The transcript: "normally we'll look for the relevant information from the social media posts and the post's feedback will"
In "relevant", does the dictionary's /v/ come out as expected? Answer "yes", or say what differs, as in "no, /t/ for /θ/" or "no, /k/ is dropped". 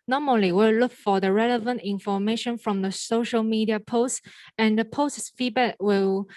yes